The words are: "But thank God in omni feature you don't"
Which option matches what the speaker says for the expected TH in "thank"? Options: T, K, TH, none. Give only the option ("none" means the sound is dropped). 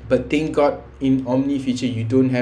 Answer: T